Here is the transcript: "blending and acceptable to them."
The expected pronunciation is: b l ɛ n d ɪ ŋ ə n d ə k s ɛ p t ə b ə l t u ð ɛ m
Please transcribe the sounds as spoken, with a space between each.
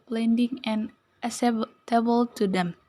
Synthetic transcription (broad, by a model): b l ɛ n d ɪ ŋ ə n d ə s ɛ t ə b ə l t u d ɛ m